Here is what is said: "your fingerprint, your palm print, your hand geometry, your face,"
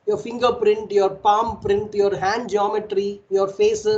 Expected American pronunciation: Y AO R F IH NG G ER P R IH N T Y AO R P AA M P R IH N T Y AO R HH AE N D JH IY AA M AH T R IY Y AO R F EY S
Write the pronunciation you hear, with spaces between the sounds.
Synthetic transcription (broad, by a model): Y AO R F IH NG G ER P R IH N T Y AO R P AA M P R IH N T Y AO R HH AE N D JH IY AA M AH T R IY Y AO R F EY S